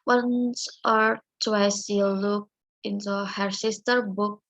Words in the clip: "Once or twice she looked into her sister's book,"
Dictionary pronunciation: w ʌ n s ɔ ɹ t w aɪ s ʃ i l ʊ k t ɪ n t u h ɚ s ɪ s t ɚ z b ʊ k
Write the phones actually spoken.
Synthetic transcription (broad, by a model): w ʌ n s ɔ ɹ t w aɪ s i l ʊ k ɪ n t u h ɚ s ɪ s t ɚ b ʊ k